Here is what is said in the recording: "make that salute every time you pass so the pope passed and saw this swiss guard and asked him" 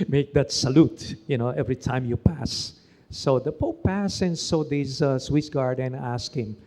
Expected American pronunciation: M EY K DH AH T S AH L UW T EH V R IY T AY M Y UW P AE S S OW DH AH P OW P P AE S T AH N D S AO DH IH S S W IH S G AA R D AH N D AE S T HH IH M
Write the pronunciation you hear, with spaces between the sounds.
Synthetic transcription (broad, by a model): M EY K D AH T S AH L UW T EH V R IY T AY M Y UW P AE S S OW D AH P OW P P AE S AH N S AO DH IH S S W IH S G AA R D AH N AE S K HH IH M